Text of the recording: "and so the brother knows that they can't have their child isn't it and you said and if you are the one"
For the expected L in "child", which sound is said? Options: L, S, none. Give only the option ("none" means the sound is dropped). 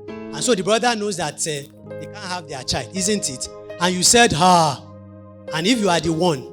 L